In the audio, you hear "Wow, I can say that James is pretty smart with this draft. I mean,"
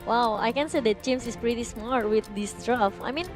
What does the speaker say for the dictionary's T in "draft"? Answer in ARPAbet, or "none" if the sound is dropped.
none